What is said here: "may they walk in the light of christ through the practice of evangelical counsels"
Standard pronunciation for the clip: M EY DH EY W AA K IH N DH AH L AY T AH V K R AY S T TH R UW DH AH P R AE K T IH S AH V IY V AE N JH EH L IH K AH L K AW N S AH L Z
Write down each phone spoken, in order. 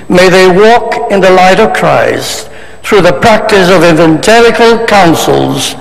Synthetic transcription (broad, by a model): M EY DH EY W AA K IH N DH AH L AY T AH V K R AY S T TH R UW DH AH P R AE K T IH S AH V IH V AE N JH EH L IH K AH L K AW N S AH L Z